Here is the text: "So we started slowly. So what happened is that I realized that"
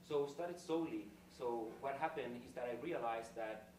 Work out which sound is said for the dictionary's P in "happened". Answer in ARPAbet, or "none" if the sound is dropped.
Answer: P